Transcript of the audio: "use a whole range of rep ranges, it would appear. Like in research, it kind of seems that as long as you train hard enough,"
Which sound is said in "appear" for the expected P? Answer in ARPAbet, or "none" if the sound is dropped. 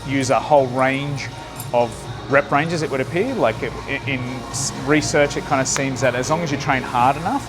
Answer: P